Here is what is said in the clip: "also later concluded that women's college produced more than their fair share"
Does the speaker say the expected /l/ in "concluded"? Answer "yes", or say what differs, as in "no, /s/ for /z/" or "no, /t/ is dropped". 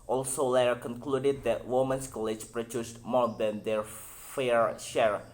yes